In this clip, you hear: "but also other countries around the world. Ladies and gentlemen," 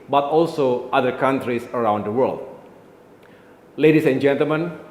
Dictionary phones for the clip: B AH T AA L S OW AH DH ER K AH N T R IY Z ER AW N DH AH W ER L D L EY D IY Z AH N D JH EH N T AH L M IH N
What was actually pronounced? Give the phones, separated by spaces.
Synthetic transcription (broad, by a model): B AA T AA L S OW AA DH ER K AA N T R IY S ER AW N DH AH W ER L D L EY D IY S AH N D JH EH N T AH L M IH N